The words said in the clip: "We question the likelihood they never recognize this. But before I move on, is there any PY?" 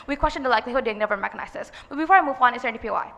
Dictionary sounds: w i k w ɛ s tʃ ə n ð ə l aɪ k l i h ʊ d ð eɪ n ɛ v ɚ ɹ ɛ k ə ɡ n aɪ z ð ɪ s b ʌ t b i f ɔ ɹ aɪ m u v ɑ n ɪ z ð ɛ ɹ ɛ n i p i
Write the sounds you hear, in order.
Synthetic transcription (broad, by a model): w i k w ɛ s tʃ ə n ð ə l aɪ k l i h ʊ d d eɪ n ɛ v ɚ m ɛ k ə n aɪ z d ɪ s b ʌ t b i f ɔ ɹ aɪ m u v ɑ n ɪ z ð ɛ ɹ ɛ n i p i